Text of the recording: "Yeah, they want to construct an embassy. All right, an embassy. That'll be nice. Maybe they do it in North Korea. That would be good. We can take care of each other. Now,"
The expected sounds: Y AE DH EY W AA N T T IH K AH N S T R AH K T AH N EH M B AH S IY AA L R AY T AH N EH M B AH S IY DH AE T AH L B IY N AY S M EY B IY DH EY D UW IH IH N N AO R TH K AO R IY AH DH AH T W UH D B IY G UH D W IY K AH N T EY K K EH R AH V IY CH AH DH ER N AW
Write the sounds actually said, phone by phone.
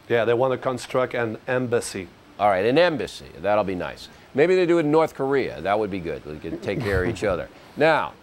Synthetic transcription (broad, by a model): Y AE DH EY W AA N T T IH K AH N S T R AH K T AH N EH M B AH S IY AA L R AY T AH N EH M B AH S IY DH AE T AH L B IY N AY S M EY B IY DH EY D IH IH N N AO R TH K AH R IY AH DH AH T W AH D B IY G UH D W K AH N T EY K K EH R AH V IY CH AH DH ER N AW